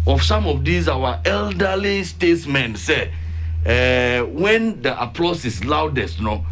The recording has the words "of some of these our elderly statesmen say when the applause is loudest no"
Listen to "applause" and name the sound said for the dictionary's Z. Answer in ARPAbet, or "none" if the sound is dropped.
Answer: S